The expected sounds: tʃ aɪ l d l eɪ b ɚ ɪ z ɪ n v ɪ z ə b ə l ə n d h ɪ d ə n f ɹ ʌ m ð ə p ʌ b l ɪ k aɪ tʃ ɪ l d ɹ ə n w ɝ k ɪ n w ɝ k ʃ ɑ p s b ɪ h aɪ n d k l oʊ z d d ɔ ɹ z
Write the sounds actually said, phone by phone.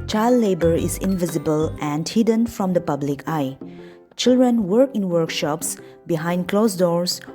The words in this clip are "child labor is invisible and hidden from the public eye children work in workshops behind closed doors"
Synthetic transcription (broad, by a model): tʃ aɪ l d l eɪ b ɚ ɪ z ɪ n v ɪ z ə b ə l ə n d h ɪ d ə n f ɹ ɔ m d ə p ʌ b l ɪ k aɪ tʃ ɪ l d ɹ ə n w ɝ k ɪ n w ɝ k ʃ ɑ p s b ɪ h aɪ n d k l oʊ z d d ɔ ɹ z